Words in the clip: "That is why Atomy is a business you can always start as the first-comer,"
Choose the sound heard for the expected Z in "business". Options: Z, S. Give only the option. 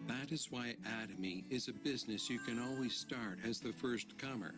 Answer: Z